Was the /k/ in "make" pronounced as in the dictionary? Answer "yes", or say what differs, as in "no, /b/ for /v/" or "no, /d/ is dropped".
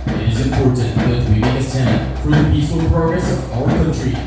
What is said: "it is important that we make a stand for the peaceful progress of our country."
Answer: no, /k/ is dropped